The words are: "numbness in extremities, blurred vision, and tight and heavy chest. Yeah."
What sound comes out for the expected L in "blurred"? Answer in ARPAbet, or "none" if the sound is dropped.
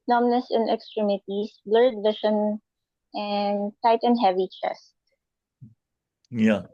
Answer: L